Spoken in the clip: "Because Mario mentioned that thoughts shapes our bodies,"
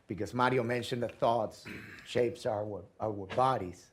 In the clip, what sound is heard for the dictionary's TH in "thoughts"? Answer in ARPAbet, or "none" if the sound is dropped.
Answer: TH